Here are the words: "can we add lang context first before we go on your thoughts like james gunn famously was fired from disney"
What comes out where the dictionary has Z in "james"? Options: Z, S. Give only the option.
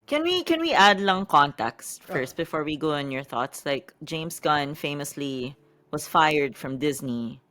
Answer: S